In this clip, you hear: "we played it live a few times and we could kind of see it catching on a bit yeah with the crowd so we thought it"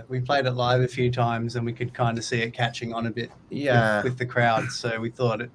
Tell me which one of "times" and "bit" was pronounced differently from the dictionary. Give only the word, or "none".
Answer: none